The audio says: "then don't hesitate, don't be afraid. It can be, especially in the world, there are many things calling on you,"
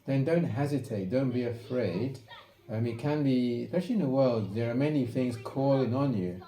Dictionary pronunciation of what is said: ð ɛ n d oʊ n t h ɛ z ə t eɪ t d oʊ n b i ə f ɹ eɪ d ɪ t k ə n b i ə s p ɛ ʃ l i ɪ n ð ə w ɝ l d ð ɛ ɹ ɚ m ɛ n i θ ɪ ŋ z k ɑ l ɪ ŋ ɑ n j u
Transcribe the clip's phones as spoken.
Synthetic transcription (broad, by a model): ð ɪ n d oʊ n t h ɛ z ə t eɪ t d oʊ n b i ə f ɹ eɪ d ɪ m k ə n b i s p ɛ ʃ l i ɪ n ð ə w ɝ l d ð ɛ ɹ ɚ m ɛ n i θ ɪ ŋ z k ɑ l ɪ ŋ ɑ n j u